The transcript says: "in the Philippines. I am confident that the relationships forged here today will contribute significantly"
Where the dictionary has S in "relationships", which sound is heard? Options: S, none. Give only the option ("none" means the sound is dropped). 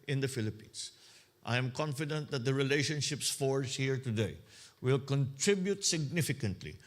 S